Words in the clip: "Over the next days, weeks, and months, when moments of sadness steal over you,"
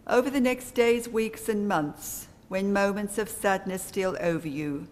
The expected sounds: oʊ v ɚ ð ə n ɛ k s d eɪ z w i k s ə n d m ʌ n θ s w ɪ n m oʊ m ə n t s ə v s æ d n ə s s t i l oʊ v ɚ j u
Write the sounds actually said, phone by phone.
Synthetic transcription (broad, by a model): oʊ v ɚ ð ə n ɛ k s d eɪ z w i k s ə n m ʌ n θ s w ɪ n m oʊ m ə n t s ə v s æ d n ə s s t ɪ l oʊ v ɚ j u